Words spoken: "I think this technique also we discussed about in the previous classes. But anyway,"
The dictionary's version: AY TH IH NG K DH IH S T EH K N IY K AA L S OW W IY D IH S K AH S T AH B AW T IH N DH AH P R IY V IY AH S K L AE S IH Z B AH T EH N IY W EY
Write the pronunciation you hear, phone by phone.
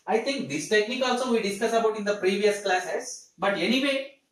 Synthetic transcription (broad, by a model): AY T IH NG K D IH S T EH K N IY K AA L S OW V IY D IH S K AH S AH B AW T IH N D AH P R IY V IY AH S K L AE S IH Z B AH T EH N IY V EY